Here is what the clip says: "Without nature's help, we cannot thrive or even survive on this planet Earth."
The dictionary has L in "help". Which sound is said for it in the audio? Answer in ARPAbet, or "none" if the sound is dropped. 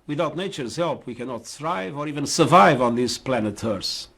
L